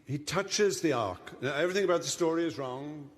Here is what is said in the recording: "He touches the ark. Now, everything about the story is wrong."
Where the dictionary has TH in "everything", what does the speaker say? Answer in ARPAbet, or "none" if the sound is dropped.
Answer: TH